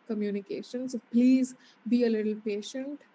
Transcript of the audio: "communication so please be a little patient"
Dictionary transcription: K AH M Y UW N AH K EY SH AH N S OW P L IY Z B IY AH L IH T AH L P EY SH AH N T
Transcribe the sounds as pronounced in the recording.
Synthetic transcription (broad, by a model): K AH M Y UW N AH K EY SH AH N S OW P L IY Z B IY AH L IH T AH L P EY SH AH N T